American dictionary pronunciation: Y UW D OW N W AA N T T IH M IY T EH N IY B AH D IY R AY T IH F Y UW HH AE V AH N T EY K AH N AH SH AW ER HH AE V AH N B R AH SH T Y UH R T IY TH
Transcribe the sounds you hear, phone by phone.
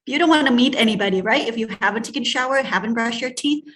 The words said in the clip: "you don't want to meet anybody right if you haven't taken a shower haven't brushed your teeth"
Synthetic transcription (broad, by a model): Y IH D OW N W AA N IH M IY T EH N IY B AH D IY R AY T IH F Y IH HH AE V AH N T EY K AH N SH AW ER HH AE V AH N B R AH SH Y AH R T IY TH